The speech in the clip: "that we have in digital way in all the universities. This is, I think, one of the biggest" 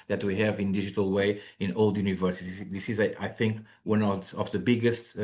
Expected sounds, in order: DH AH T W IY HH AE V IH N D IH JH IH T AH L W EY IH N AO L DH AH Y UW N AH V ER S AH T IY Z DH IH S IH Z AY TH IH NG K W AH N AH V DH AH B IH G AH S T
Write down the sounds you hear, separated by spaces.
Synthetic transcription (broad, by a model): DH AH T W IY HH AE V IH N D IH JH IH T AH L W EY IH N AO L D Y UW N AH V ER S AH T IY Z DH IH S IH Z AY TH IH NG K W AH N AH V DH AH B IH G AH S T